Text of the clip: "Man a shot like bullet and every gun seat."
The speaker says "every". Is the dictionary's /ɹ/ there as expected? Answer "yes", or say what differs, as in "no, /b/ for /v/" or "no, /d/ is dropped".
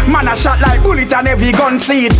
no, /ɹ/ is dropped